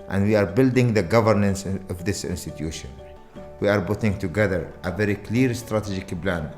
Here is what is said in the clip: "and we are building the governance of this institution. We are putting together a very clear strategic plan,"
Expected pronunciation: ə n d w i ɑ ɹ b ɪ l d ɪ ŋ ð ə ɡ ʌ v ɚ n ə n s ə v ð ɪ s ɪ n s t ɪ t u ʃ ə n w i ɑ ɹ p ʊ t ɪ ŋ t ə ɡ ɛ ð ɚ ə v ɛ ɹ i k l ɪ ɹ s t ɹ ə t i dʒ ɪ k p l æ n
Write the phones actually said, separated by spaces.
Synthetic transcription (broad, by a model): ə n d w i ɑ ɹ b ɪ l d ɪ ŋ ð ə ɡ ʌ v ɚ n ə n s ə v ð ɪ s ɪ n s t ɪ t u ʃ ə n w i ɑ ɹ b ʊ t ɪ ŋ t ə ɡ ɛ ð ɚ ə v ɛ ɹ i k l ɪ ɹ s t ɹ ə t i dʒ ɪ k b l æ n